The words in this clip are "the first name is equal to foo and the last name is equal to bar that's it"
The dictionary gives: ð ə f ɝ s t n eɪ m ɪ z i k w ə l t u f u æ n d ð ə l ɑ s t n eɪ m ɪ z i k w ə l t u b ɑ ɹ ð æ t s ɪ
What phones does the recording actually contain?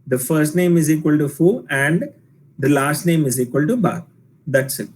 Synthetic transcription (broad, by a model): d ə f ɝ s t n eɪ m ɪ z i k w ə l t u f u æ n d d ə l ɑ s t n eɪ m ɪ z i k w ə l t u b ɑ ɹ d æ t s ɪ